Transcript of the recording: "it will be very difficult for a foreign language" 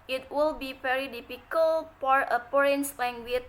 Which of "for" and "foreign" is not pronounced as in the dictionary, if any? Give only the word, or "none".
foreign